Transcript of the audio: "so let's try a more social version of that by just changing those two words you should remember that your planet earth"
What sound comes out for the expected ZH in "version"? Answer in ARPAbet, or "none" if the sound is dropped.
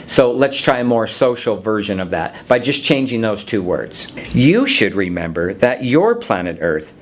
ZH